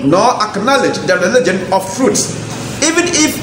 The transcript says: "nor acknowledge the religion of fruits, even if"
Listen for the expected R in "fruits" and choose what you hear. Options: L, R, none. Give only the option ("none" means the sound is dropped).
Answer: R